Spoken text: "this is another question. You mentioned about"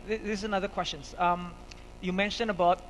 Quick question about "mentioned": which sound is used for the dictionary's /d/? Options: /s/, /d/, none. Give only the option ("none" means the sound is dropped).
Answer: none